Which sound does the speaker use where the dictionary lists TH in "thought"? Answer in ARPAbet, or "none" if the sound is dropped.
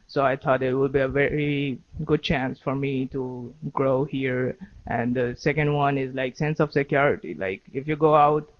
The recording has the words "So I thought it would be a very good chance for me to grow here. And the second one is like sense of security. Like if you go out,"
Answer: T